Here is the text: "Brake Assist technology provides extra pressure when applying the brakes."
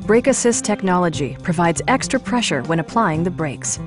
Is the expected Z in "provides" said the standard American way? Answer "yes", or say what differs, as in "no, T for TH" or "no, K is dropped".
yes